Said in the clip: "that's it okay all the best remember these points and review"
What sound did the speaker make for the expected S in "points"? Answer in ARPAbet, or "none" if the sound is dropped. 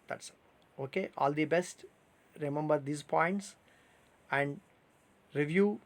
S